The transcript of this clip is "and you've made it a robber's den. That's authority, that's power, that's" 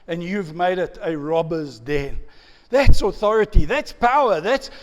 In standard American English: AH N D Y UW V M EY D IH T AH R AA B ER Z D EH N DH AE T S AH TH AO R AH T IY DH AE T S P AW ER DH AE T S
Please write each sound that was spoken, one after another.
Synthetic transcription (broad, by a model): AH N Y UW V M EY D IH T AH R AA B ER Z D EH N DH AE T S AH TH AO R AH T IY DH AE T S P AW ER DH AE T S